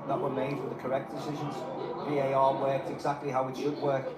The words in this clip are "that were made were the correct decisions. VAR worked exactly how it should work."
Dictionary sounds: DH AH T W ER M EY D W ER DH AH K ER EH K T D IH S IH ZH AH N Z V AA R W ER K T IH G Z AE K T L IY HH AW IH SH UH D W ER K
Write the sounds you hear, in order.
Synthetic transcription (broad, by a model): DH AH T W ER M EY D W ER DH AH K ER EH K D IH S IH ZH AH N Z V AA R W ER K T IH G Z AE K T L IY HH AW IH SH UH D W ER K